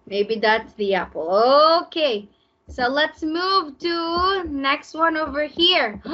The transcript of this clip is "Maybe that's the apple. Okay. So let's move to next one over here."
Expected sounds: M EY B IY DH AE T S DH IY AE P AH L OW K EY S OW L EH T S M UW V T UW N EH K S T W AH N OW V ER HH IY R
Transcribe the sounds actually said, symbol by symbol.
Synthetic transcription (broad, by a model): M EY B IY DH AE T S DH IY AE P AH L OW K EY S OW L EH T S M UW V T UW N EH K S T W AH N OW V ER HH IY R